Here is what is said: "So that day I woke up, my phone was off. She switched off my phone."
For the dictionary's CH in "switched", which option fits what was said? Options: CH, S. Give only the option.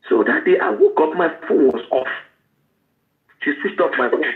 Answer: S